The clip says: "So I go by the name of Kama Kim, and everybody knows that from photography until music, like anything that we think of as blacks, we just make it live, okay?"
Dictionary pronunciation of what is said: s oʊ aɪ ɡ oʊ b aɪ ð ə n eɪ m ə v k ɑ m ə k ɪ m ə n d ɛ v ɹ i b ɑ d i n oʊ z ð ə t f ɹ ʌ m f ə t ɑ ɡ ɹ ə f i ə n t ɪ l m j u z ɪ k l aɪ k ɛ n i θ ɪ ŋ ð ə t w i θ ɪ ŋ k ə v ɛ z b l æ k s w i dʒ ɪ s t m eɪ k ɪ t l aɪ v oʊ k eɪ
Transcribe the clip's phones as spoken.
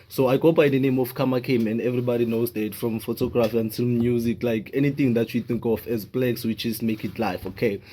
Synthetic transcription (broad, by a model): s oʊ aɪ ɡ oʊ b aɪ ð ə n eɪ m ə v k ɑ m ə k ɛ m ə n d ɛ v ɹ i b ɑ d i n oʊ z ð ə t f ɹ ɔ m f ə t ɑ ɡ ɹ ə f i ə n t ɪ l m j u z ɪ k l aɪ k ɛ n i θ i ŋ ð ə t w i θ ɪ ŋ k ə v ɛ z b l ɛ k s w i tʃ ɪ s m eɪ k ɪ t l aɪ f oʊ k eɪ